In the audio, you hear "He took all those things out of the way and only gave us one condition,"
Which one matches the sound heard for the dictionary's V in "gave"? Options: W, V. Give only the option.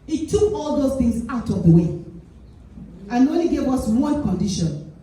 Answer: W